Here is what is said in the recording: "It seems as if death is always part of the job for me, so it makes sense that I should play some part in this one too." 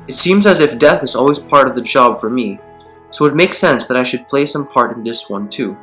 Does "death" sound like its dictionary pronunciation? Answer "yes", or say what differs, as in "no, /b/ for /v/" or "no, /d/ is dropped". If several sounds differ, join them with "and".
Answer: yes